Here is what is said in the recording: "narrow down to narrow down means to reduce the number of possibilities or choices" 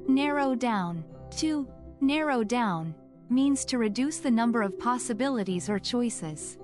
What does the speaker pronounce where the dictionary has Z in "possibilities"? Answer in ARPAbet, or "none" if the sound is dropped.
Z